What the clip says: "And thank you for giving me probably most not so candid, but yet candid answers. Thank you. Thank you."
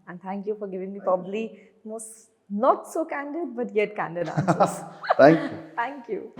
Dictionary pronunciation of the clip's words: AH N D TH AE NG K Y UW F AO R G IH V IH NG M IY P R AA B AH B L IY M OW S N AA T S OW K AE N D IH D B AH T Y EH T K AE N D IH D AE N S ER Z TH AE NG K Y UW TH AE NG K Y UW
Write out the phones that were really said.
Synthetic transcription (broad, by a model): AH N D T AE NG K Y UW F AO R G IH V IH NG M IY P R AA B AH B L IY M OW S N AA T S OW K AE N D IH D B AH T Y EH T K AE N D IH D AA S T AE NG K Y UW T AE NG K Y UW